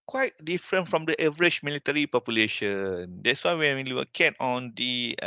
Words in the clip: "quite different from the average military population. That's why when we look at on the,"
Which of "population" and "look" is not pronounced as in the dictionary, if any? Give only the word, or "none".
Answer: look